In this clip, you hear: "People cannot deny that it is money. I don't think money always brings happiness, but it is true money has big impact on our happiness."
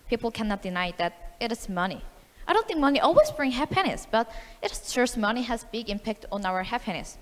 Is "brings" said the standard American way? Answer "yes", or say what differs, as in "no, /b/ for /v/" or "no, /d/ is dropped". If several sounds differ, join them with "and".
no, /z/ is dropped